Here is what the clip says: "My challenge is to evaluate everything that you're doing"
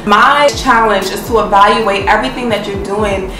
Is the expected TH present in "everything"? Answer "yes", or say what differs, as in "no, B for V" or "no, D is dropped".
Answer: yes